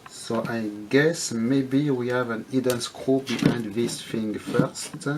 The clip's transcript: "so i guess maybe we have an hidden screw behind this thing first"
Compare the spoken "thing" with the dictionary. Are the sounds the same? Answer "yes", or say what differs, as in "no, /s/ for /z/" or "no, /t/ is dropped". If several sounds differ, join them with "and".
no, /f/ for /θ/